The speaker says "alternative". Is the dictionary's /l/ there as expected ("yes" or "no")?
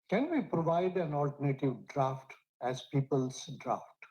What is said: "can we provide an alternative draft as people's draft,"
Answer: yes